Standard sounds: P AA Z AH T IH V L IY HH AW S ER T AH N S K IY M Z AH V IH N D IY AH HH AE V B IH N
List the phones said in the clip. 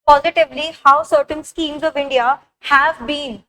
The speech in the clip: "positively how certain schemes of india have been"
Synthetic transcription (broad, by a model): P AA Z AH T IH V L IY HH AW S ER T AH N S K IY M Z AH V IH N D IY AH HH AE V B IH N